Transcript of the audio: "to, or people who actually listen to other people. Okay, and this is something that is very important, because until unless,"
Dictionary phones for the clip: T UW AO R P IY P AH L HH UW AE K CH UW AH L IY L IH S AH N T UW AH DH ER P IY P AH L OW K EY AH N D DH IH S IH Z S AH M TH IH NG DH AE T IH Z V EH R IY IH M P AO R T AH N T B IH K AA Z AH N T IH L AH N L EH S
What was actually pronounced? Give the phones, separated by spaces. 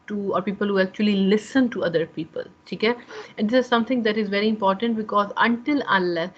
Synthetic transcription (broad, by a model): T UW AO R P IY P AH L HH UW AE K CH UW AH L IY L IH S AH N T UW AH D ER P IY P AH L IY K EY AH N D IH S IH Z S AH M T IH NG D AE T IH Z V EH R IY IH M P AO R T AH N T B IH K AA Z AH N T IH L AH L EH